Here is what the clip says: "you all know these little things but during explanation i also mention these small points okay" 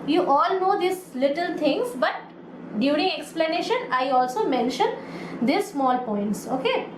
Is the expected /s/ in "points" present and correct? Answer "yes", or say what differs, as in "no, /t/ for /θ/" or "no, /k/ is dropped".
yes